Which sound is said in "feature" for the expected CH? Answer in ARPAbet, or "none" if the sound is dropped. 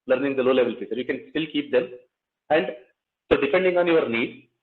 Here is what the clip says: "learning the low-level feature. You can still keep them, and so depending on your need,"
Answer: S